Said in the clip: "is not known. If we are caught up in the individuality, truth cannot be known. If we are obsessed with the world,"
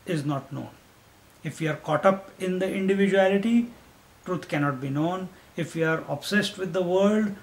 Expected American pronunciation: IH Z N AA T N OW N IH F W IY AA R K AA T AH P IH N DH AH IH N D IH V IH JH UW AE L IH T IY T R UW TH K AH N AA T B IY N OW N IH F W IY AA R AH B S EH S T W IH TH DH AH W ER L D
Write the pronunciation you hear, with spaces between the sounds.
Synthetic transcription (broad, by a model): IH Z N AA T N OW N IH F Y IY AA R K AA T AH P IH N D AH IH N D IH V IH JH UW AE L IH T IY T R UW T K AH N AA T B IY N OW N IH F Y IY AA R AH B S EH S T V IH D AH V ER L D